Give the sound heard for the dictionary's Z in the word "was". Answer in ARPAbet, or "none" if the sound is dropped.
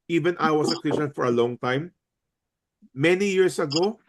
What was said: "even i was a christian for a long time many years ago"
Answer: S